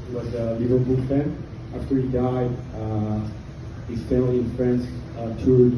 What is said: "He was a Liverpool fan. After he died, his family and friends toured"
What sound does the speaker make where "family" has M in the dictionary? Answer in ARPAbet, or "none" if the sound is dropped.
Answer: none